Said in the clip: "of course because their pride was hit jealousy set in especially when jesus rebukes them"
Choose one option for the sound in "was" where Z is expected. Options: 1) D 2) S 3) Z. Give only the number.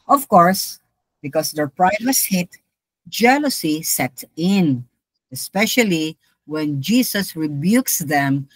2